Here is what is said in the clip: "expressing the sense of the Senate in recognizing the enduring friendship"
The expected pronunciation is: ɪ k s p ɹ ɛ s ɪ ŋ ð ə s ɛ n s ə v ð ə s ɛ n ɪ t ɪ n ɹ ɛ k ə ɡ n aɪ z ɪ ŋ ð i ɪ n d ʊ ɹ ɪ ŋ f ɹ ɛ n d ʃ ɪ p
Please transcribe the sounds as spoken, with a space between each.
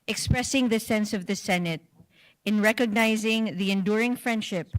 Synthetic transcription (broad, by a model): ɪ k s p ɹ ɛ s ɪ ŋ ð ə s ɛ n s ə v ð ə s ɛ n ɪ t ɪ n ɹ ɛ k ə ɡ n aɪ z ɪ ŋ ð i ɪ n d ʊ ɹ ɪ ŋ f ɹ ɛ n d ʃ ɪ p